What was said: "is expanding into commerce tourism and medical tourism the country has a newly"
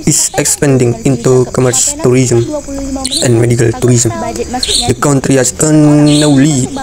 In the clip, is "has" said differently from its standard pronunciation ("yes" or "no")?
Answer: yes